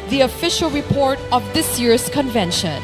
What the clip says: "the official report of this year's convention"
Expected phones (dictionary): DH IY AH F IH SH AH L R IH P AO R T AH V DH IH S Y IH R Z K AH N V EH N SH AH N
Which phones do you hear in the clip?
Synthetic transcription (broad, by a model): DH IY AH F IH SH AH L R IH P AO R T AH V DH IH S Y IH R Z K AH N V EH N SH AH N